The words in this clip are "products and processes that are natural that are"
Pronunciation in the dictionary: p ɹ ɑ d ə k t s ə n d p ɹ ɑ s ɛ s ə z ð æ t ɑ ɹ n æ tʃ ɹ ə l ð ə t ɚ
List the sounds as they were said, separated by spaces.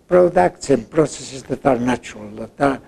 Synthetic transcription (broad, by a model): p ɹ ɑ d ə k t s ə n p ɹ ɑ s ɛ s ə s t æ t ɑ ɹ n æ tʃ ə l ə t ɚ